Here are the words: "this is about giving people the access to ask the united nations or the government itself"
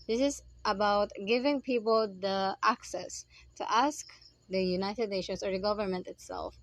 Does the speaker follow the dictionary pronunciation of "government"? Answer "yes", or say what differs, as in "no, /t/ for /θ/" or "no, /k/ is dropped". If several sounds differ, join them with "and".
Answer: yes